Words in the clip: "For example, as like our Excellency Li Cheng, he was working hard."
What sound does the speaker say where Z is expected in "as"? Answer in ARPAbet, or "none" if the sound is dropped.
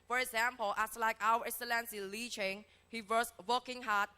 S